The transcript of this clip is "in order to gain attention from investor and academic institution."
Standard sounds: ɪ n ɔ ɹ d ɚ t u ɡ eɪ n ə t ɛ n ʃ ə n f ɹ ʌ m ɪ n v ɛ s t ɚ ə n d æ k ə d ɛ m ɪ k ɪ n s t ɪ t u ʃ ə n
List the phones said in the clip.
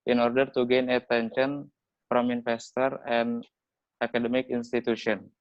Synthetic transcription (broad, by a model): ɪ n ɔ ɹ d ɚ t u ɡ eɪ n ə t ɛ n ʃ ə n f ɹ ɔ m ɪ n f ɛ s t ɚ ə n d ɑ k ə d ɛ m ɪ k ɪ n s t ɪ t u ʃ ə n